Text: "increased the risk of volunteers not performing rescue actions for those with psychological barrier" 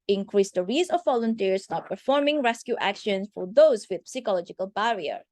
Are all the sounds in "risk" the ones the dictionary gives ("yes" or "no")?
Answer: no